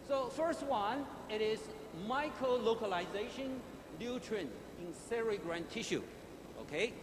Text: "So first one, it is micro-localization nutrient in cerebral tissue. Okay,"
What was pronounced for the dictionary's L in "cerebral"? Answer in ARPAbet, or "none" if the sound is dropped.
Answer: N